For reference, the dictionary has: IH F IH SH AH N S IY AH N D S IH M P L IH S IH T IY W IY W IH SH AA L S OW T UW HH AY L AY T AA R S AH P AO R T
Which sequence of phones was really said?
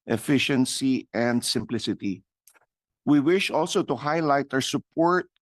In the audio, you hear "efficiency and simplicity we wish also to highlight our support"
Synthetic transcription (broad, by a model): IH F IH SH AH N S IY AH N D S IH M P L IH S IH T IY W IY W IH SH AA L S OW T UW HH AY L AY T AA W S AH P AO R T